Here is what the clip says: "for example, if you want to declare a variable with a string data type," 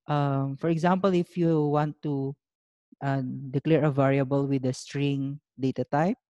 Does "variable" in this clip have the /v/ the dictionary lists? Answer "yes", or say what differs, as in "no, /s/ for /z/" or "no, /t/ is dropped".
yes